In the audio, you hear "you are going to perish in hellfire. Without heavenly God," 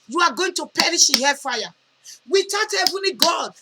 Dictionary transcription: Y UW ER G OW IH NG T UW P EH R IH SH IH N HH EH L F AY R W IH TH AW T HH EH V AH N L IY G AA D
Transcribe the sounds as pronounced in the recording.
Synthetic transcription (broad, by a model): Y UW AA G OW IH NG T UW P EH R IH SH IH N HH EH F AY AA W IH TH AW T HH EH V AH N L IY G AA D